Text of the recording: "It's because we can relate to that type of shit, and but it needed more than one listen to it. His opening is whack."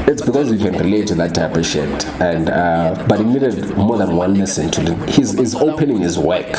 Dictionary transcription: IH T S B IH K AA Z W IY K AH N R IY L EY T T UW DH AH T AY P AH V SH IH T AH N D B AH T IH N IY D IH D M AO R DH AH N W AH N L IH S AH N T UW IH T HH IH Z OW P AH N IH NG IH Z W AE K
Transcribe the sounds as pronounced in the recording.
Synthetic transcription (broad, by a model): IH T S B IH K AA Z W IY K AH N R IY L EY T T UW DH AH T AY P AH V SH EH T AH N D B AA T IH N IY D IH D M AO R DH AH N W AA N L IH S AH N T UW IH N HH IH Z OW P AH N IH NG IH Z W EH K